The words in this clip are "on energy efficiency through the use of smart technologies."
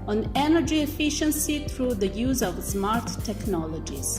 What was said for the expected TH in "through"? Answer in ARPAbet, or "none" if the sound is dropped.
T